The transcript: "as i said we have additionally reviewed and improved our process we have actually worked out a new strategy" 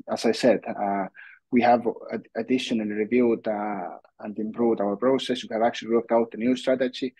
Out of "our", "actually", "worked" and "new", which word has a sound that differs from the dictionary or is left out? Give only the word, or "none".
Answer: none